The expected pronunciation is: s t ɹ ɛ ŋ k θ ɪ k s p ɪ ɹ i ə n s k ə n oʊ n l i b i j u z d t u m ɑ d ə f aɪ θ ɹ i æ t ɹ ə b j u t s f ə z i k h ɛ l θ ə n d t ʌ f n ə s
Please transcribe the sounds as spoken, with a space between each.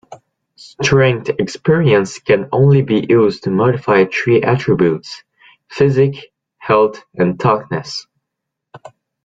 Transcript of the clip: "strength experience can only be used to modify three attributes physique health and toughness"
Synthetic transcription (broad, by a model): s t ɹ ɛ ŋ k t ɪ k s p ɪ ɹ i ə n s k ə n oʊ n l i b i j u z t u m ɑ d ə f aɪ t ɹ i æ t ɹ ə b j u t s f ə z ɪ k h ɛ l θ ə n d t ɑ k n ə s